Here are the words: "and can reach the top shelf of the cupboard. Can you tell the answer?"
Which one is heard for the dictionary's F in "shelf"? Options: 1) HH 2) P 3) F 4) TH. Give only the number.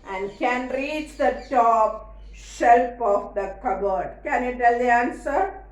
2